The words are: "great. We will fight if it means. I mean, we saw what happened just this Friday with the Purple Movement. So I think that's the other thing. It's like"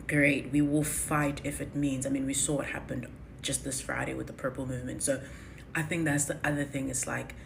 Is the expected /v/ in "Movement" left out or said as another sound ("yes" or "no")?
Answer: no